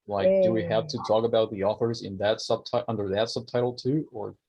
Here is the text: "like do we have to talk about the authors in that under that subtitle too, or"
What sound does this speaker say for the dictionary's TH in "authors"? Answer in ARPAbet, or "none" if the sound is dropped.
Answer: TH